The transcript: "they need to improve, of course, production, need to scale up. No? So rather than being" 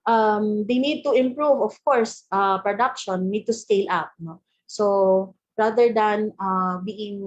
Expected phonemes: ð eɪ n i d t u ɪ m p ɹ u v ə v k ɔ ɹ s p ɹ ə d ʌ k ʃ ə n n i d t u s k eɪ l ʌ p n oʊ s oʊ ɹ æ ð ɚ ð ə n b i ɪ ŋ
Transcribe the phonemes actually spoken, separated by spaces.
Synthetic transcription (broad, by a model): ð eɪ n i d t u ɪ m p ɹ u v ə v k ɔ ɹ s p ɹ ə d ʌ k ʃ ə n n i d t u s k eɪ l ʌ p n oʊ s oʊ ɹ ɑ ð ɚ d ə n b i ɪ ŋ